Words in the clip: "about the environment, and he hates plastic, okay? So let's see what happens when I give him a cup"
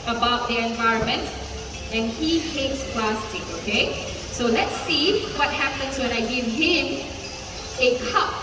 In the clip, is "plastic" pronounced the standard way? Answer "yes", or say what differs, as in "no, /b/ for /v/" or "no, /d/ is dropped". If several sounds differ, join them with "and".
no, /k/ is dropped